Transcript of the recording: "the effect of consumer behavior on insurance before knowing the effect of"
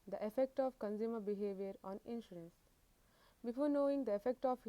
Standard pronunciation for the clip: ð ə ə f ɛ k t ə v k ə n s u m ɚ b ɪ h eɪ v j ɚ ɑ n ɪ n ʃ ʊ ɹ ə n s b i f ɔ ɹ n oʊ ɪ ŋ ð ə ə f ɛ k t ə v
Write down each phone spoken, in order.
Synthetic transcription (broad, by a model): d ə ə f ɛ k t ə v k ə n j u m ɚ b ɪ h eɪ v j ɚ ɑ n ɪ n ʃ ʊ ɹ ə n s b i f ɔ ɹ n oʊ ɪ ŋ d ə ə f ɛ k t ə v